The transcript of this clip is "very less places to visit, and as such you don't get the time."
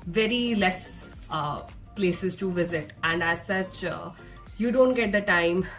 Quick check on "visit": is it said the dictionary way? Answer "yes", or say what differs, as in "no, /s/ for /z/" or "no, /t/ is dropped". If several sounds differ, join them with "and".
yes